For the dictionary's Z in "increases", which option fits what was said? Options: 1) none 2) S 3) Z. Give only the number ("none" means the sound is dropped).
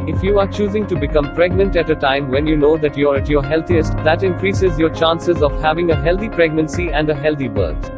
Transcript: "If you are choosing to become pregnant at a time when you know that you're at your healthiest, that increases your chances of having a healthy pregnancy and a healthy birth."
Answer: 3